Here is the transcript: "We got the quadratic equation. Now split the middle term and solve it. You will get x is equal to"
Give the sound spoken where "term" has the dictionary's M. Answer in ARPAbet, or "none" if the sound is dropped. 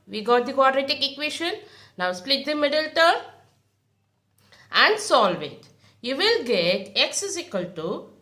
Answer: none